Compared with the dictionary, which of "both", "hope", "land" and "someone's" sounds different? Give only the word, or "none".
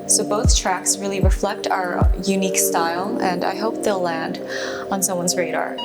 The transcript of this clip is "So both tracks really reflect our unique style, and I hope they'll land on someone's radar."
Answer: none